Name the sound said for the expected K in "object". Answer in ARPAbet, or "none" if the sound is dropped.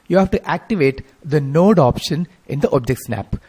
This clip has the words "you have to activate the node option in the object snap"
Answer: K